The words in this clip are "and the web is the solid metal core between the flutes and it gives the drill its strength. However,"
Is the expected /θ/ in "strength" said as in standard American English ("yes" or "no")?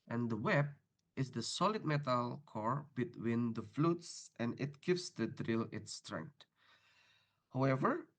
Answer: no